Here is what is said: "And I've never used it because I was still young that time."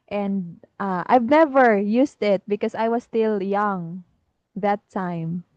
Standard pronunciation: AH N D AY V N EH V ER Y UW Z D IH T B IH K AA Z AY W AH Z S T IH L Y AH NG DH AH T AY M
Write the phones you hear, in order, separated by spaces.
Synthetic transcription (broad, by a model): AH N D AY V N EH V ER Y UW S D IH T B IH K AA S AY W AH S T IH L Y AH NG DH AH T AY M